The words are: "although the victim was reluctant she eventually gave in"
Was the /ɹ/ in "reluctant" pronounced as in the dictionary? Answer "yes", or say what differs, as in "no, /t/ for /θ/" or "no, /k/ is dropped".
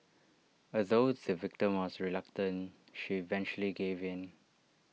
yes